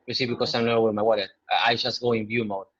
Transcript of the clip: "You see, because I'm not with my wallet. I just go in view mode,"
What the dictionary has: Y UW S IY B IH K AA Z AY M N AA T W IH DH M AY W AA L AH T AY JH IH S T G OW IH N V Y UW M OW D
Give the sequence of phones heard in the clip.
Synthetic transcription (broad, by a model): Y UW S IY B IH K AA S AY M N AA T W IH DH M AY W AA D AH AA AY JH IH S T G OW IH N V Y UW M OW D